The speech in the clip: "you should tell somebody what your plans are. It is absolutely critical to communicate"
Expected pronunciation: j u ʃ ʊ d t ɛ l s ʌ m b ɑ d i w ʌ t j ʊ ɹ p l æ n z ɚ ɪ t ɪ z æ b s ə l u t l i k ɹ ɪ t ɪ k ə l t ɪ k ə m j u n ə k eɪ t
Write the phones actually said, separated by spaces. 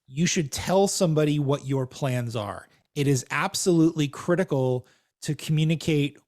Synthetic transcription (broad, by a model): j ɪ ʃ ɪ d t ɛ l s ʌ m b ɑ d i w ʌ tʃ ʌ ɹ p l æ n z ɚ ɪ t ɪ z æ b s ə l u t l i k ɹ ɪ t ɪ k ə l t ɪ k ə m j u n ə k eɪ t